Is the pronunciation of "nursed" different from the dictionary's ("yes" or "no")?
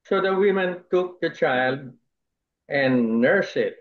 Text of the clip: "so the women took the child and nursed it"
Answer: yes